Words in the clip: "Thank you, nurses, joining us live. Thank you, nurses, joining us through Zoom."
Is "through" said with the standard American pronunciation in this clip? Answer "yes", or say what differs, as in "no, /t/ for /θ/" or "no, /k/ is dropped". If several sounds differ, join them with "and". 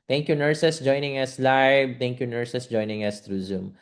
no, /t/ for /θ/